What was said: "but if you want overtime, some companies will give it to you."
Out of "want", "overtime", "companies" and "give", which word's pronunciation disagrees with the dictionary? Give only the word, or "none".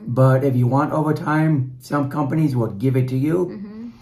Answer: none